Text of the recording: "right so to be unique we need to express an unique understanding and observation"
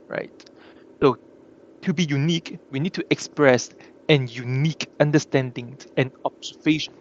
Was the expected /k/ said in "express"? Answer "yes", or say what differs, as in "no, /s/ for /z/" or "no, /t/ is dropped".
yes